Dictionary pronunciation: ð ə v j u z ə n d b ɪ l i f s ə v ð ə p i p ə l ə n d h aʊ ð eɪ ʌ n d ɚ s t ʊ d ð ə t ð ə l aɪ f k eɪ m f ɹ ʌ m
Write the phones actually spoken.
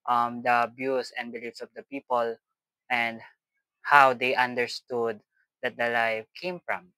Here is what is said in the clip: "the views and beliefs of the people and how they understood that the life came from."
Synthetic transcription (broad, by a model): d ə b j u s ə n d b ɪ l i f s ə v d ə p i p ə l ə n d h aʊ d eɪ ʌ n d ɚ s t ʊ d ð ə t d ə l aɪ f k eɪ m f ɹ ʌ m